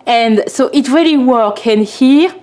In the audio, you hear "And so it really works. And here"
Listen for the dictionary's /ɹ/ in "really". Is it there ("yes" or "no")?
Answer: yes